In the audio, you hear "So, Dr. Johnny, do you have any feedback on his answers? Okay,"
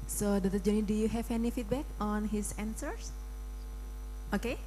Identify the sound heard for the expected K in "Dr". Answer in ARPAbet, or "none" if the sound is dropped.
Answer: none